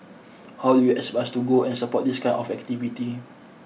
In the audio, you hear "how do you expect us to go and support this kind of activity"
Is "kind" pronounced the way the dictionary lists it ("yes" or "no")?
no